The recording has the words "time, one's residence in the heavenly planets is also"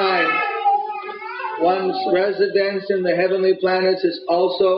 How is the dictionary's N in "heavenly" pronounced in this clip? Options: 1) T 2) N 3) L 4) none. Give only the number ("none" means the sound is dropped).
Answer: 2